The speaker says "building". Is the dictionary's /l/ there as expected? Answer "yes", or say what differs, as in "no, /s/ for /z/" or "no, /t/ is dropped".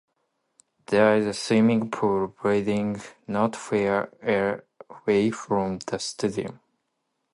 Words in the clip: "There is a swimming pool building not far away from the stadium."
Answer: no, /l/ is dropped